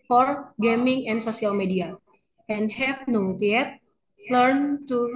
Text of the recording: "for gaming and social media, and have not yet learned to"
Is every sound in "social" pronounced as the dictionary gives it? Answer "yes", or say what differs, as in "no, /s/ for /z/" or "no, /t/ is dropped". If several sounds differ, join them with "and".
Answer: no, /s/ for /ʃ/